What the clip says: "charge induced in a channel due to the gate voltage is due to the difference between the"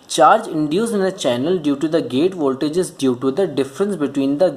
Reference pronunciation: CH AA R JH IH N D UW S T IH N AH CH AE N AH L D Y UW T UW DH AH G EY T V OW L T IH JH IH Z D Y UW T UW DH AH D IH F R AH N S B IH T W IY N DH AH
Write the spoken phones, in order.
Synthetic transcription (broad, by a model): CH AA R JH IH N D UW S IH N AH CH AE N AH L D Y UW T UW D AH G EY T V OW L T IH JH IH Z D Y UW T UW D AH D IH F R AH N S B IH T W IY N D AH